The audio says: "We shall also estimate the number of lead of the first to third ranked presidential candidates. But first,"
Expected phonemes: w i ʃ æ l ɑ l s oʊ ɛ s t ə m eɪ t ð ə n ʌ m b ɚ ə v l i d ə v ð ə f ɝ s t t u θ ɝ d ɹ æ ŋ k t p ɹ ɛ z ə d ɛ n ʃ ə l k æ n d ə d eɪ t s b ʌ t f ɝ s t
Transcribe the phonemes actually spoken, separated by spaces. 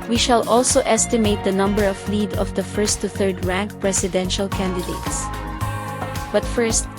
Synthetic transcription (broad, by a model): w i ʃ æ l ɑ l s oʊ ɛ s t ə m eɪ t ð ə n ʌ m b ɚ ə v l i d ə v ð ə f ɝ s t t u θ ɝ d ɹ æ ŋ k p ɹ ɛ s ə d ɛ n ʃ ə l k æ n d ə d eɪ t s b ʌ t f ɝ s t